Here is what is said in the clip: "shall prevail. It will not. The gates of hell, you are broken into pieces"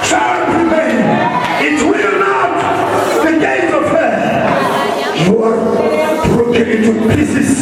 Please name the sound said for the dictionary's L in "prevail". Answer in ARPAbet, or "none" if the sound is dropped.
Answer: N